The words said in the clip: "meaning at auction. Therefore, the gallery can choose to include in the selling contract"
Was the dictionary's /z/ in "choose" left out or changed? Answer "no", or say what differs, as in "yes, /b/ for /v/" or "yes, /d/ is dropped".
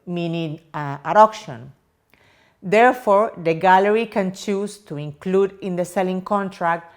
yes, /s/ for /z/